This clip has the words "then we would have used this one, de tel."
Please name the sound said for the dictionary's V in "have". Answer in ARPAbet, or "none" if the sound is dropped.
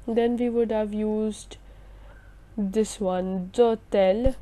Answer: V